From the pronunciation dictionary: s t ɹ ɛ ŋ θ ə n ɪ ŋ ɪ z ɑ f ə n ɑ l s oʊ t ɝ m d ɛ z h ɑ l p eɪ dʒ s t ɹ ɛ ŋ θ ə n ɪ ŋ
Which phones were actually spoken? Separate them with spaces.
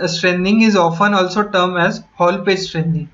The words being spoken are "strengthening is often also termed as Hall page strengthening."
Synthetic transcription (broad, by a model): s t ɹ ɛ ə n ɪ ŋ ɪ z ɑ f ə n ɑ l s oʊ t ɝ m ɛ z h ɑ l p eɪ dʒ s t ɹ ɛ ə n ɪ ŋ